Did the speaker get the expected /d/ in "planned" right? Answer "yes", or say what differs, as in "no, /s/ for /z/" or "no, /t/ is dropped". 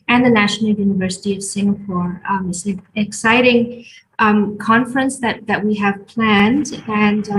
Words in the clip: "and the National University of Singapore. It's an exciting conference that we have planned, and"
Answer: yes